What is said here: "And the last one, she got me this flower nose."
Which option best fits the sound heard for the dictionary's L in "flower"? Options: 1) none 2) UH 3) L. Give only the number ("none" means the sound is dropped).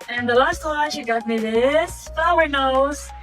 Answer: 1